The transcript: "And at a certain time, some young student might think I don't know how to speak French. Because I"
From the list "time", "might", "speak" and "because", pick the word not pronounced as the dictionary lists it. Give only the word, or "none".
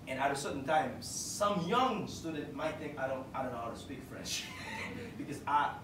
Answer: none